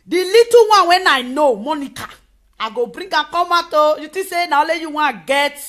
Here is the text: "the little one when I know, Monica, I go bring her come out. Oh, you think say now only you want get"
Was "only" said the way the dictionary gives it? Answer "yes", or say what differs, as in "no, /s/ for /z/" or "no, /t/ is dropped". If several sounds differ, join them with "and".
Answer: no, /n/ is dropped